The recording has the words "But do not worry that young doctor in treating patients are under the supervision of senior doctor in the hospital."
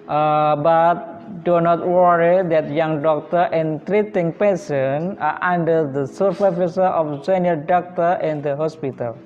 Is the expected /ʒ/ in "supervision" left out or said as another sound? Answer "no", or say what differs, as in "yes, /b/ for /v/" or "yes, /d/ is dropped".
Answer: yes, /s/ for /ʒ/